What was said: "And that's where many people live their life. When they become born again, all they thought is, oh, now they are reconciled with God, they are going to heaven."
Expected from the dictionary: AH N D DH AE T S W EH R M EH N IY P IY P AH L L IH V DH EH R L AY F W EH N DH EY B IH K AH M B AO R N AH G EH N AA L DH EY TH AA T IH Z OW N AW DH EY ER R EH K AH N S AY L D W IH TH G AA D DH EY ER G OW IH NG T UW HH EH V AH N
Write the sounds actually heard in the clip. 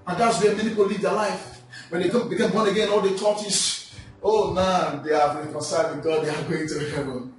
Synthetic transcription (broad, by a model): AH N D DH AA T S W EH M EH N IY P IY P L L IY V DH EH L AY F W EH N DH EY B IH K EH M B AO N AH G EH N AA L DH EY T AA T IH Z OW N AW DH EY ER R EH K AH N S AY L D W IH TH G AA D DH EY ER G OW IH NG T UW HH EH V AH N